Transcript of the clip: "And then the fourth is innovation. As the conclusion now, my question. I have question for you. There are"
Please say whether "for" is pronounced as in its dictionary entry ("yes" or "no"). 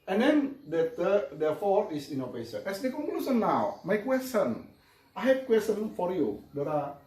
yes